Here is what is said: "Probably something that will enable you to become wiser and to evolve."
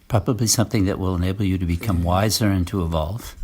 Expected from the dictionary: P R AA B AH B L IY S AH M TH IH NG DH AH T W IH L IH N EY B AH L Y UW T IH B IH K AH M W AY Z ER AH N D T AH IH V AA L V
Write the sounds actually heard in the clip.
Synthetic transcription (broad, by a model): P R AA B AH B L IY S AH M TH IH NG DH AH T W IH L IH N EY B L Y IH T IH B IH K AH M W AY Z ER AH N T AH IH V AA L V